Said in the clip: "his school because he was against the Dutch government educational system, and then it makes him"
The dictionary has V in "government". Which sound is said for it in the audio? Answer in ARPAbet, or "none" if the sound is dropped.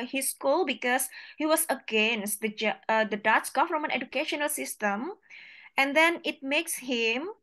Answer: F